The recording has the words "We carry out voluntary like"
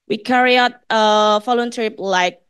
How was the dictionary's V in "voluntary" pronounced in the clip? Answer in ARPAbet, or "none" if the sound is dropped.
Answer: F